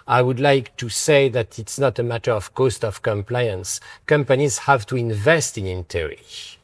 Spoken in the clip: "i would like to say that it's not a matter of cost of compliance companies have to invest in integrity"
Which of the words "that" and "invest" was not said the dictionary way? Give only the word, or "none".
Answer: none